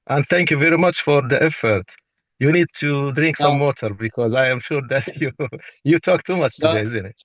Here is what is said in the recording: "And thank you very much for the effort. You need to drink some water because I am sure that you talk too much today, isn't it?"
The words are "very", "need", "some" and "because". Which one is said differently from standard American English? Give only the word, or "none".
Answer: none